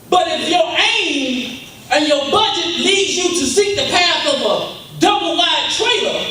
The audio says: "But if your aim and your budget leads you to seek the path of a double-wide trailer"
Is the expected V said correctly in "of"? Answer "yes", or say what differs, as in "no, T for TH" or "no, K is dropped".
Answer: yes